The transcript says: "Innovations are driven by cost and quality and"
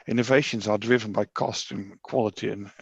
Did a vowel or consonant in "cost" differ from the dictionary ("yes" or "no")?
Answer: no